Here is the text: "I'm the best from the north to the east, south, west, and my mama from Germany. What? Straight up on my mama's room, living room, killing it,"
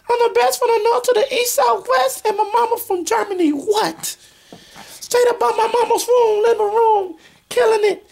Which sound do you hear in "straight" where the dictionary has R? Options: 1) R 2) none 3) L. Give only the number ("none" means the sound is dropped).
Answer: 2